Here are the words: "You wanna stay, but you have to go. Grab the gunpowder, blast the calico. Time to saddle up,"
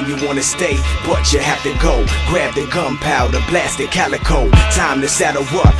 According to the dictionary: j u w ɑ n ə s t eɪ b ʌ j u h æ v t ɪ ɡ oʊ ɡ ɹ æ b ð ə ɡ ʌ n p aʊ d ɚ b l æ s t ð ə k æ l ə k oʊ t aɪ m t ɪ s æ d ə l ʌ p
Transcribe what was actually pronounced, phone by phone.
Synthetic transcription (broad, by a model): j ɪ w ɑ n ə s t eɪ b ʌ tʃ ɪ h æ f t ɪ ɡ oʊ ɡ ɹ æ b ð ə ɡ ʌ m p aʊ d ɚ b l æ s t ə k æ l ə k oʊ t aɪ m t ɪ s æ d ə w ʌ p